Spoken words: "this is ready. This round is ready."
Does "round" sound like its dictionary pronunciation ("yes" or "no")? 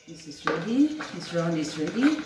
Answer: no